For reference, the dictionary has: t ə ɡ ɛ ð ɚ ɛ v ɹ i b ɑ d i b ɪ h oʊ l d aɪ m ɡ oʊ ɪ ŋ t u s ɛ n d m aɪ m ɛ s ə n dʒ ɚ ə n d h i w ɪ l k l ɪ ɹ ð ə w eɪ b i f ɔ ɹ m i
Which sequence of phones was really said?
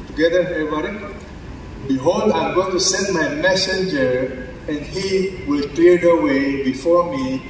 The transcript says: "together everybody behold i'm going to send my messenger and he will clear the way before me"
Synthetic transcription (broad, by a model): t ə ɡ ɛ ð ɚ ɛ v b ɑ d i b ɪ h oʊ l d aɪ m ɡ oʊ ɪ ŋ t u s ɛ n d m aɪ m ɛ s ə n dʒ ɚ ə n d h i w ɪ l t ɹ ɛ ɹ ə w eɪ b i f ɔ ɹ m i